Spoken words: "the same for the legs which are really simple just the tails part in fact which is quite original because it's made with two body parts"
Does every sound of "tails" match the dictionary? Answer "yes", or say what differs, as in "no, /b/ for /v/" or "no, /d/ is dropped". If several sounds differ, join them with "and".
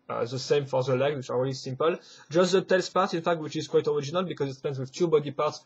no, /s/ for /z/